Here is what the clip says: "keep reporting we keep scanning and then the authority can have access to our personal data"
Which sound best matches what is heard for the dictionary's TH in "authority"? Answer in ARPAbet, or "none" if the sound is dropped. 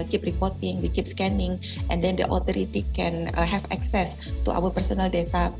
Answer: T